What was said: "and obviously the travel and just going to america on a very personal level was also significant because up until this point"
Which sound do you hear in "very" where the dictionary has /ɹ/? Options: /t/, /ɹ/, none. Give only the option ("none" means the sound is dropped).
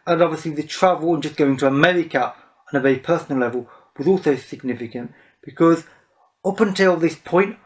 none